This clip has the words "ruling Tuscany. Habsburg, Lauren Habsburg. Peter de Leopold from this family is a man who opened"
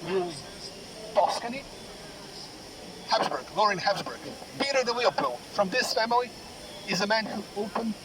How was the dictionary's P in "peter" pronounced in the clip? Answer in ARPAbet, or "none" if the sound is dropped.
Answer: B